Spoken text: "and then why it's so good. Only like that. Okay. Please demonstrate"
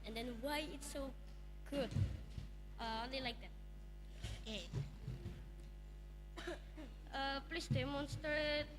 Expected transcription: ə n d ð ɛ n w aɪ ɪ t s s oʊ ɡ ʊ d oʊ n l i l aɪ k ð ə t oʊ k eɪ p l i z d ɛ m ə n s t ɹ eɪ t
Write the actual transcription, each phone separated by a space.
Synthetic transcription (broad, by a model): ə n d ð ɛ n w aɪ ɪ t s s oʊ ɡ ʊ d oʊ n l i l aɪ k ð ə t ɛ ʌ p l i s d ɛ m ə n s t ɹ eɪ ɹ